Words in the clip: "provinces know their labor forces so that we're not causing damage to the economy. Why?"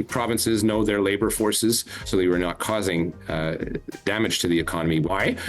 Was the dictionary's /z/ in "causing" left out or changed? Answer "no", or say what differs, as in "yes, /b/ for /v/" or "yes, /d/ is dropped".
no